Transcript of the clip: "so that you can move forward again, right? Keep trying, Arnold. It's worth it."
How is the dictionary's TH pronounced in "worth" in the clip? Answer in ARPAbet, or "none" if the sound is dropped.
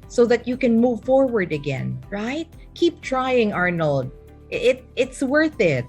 TH